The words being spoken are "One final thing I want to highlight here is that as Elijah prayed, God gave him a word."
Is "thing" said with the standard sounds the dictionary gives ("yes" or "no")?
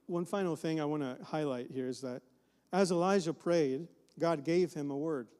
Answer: yes